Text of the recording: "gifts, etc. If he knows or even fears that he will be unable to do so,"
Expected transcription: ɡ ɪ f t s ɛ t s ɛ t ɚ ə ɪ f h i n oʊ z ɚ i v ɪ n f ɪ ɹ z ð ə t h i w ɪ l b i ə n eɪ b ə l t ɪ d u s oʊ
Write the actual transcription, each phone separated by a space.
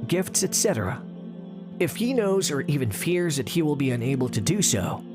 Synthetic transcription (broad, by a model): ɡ ɪ f t s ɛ t s ɛ t ɚ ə ɪ f h i n oʊ z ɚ i v ɪ n f ɪ ɹ z ð ə t h i w ɪ l b i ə n eɪ b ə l t ɪ d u s oʊ